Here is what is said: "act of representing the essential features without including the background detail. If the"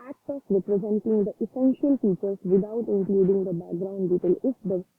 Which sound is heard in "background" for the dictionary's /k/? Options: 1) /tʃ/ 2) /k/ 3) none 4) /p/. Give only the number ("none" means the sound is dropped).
2